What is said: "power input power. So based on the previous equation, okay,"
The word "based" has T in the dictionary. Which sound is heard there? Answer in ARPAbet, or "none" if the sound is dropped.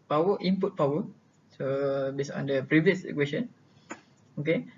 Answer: none